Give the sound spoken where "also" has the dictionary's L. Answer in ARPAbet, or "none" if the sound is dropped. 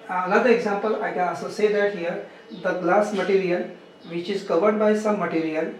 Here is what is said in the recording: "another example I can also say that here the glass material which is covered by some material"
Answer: none